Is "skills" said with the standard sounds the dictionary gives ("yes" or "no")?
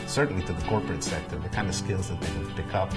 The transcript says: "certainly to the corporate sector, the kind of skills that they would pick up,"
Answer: yes